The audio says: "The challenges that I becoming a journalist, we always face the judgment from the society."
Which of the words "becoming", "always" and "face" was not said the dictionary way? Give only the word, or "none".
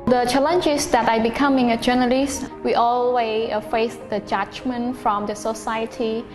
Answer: always